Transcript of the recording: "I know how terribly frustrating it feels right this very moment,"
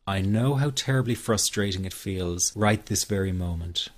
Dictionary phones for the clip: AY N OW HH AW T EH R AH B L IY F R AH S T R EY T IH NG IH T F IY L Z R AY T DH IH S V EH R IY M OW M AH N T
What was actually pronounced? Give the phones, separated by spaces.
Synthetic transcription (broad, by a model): AY N OW HH AW T EH R AH B L IY F R AH S T R EY T IH NG IH T F IY L Z R AY T DH IH S V EH R IY M OW M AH N T